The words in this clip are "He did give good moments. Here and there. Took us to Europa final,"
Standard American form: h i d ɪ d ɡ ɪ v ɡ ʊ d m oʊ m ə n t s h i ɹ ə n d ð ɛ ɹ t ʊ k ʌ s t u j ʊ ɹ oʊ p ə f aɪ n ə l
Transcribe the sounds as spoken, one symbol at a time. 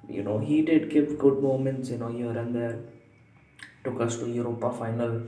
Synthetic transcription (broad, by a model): h i d ɪ d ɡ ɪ p ɡ ʊ d m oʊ m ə n t s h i ɹ ə n d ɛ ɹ t ʊ k ʌ s t u j ʊ ɹ oʊ p ə f aɪ n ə l